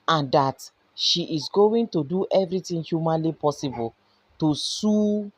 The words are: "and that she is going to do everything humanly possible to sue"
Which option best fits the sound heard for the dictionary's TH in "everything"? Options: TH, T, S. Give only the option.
T